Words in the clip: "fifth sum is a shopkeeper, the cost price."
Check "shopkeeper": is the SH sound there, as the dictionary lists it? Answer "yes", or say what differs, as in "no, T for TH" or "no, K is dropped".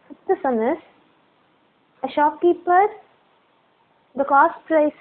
yes